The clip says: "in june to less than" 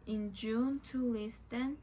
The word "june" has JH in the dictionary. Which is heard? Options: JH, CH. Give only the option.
JH